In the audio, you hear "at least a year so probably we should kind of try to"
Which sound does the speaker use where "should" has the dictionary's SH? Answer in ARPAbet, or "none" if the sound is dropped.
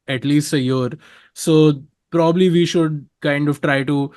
SH